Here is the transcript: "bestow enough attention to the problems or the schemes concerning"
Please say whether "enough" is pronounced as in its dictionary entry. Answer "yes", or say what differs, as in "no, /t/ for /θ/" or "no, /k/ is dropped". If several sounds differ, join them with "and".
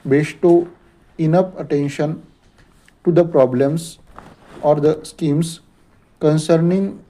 no, /p/ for /f/